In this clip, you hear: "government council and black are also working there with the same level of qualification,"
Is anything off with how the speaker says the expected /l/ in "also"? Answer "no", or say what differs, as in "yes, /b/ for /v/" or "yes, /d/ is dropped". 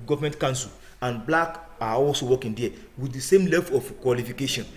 no